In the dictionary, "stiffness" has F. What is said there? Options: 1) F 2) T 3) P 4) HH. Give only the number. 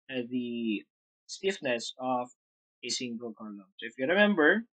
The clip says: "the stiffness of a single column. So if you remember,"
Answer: 1